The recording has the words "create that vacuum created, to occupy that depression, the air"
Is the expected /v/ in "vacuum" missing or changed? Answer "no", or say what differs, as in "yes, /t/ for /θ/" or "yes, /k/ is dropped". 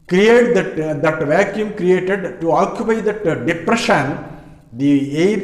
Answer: no